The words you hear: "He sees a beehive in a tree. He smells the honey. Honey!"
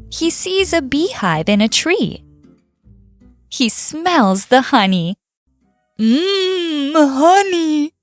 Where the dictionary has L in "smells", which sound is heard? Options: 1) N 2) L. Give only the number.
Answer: 2